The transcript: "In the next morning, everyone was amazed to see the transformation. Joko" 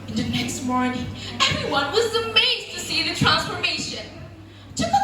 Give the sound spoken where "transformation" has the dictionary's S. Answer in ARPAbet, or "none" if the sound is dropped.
S